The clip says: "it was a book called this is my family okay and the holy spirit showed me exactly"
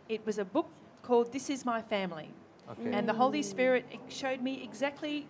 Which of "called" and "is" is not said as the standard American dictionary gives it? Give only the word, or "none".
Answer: none